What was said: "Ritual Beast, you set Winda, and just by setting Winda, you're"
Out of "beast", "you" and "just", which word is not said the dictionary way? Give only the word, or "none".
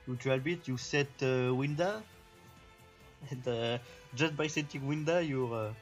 beast